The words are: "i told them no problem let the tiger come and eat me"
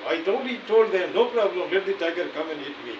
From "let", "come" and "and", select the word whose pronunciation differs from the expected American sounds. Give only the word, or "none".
none